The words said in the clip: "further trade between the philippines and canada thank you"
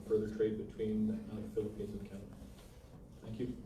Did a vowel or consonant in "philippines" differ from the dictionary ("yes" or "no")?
no